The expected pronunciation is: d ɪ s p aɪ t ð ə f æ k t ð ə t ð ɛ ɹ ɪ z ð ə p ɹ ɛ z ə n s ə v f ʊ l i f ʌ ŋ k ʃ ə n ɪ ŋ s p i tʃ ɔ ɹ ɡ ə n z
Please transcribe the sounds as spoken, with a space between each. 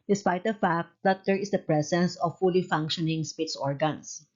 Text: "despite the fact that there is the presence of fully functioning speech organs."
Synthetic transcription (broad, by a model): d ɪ s p aɪ t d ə f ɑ k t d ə t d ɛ ɹ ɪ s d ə p ɹ ɛ s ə n s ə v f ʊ l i f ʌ ŋ k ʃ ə n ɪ ŋ s p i s ɔ ɹ ɡ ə n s